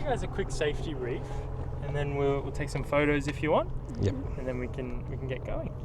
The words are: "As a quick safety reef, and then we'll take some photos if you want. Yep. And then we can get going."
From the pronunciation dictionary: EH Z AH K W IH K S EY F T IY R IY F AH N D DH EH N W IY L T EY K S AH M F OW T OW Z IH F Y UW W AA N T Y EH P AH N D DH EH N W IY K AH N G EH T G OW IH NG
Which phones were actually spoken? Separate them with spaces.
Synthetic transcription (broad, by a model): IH Z AH K W IH K S EY F T IY R IY F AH N DH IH N W IY L T EY K S AH M F OW T OW Z IH F Y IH W AA N T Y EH AH N DH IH N W IY K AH N G EH T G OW IH NG